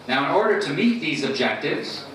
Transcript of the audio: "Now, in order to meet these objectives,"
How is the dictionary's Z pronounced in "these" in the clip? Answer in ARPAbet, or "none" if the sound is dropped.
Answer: Z